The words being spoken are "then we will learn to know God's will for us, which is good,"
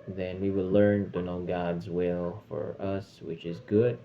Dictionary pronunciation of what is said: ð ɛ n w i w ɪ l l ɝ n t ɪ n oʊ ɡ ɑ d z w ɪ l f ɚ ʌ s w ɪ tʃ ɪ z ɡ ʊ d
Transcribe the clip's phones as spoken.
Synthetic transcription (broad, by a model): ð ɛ n w i w ɪ l l ɝ n t ɪ n oʊ ɡ ɑ d z w ɪ l f ɚ ʌ s w ɪ tʃ ɪ z ɡ ʊ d